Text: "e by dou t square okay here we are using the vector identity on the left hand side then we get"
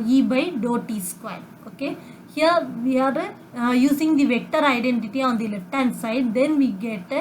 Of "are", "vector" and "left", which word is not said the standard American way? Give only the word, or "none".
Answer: none